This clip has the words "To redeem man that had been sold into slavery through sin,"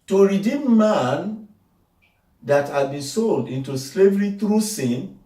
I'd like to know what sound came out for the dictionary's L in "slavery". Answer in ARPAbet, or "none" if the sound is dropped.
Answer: L